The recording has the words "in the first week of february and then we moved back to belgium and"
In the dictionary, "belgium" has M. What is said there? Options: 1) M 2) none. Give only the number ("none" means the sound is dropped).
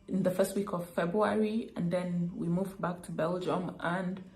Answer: 1